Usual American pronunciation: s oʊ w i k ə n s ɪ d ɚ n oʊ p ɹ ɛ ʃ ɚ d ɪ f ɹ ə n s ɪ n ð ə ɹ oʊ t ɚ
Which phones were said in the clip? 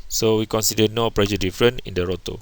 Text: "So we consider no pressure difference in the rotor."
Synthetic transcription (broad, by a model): s oʊ w i k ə n s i d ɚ n oʊ p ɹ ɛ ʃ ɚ d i f ɹ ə n ɪ n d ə ɹ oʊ t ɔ